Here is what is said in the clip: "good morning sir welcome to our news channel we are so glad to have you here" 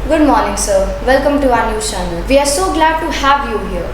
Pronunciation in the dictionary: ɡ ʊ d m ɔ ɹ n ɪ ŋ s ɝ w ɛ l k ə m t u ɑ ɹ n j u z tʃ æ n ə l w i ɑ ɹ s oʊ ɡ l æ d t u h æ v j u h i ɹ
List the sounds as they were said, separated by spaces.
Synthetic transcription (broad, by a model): ɡ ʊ d m ɔ ɹ n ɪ ŋ s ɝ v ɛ l k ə m t u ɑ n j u tʃ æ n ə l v i ɑ ɹ s oʊ ɡ l æ d t u h æ v j u h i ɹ